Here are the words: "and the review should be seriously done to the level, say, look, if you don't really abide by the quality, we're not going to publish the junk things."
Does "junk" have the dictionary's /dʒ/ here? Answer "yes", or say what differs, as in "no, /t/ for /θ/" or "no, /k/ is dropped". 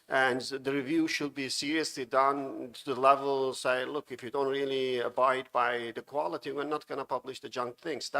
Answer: yes